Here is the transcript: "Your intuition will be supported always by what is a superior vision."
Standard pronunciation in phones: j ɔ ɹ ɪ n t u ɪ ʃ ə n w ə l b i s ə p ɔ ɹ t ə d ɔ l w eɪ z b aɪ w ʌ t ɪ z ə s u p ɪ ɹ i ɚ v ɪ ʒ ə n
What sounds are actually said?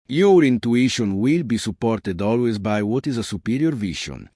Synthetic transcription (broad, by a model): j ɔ ɹ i n t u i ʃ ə n w ə l b i s ə p ɔ ɹ t ə d ɔ l w eɪ z b aɪ w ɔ t ɪ z ə s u p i ɹ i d v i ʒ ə n